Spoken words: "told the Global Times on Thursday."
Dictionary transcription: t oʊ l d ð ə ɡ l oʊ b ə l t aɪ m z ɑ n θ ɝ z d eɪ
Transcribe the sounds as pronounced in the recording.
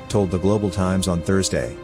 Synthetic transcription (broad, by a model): t oʊ l d ð ə ɡ l oʊ b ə l t aɪ m z n θ ɝ z d eɪ